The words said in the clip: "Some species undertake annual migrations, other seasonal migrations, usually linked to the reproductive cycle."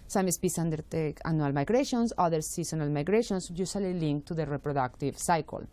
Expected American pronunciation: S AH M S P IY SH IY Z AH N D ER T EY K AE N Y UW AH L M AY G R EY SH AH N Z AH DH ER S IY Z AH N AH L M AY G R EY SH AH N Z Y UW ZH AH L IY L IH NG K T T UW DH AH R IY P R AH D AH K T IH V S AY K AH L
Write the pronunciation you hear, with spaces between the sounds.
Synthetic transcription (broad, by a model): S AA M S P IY S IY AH N D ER T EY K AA N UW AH L M AY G R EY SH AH N S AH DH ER S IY S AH N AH L M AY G R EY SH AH N S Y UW S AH L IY L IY NG K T T UW DH AH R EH P R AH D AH K T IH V S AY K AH L